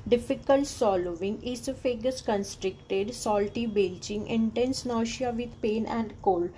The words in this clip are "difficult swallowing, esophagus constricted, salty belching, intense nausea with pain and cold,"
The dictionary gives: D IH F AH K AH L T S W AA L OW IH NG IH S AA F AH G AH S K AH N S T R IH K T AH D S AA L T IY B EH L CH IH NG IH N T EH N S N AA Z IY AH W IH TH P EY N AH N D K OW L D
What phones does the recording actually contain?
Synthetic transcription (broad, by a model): D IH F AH K AH L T S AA L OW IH NG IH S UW F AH G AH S K AH N S T R IH K T AH D S AA L T IY B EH L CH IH NG IH N T EH N S N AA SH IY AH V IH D P EY N AH N D K OW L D